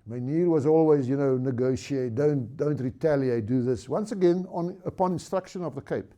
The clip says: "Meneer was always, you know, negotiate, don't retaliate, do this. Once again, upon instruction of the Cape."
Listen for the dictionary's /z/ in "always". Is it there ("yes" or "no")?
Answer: yes